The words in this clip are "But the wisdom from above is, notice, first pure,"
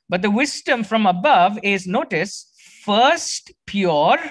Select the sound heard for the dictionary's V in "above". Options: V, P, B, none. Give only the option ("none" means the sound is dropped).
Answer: V